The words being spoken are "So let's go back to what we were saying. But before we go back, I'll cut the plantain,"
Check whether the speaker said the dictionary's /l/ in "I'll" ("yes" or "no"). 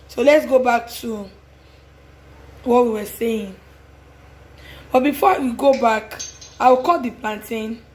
no